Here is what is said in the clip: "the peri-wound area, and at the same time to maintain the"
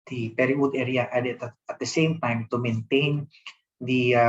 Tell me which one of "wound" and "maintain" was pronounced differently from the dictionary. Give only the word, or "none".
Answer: wound